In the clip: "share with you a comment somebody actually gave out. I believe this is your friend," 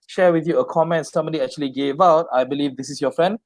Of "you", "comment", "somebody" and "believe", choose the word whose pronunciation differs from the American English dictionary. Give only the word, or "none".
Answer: somebody